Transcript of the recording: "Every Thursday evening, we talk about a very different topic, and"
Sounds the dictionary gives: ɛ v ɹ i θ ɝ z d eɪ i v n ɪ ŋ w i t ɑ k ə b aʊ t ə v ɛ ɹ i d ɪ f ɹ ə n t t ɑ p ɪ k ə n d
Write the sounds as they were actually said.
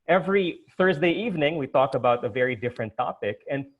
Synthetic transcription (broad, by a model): ɛ v ɹ i θ ɝ z d eɪ i v n ɪ ŋ w i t ɑ k ə b aʊ t ə v ɛ ɹ i d ɪ f ɹ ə n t t ɑ p ɪ k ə n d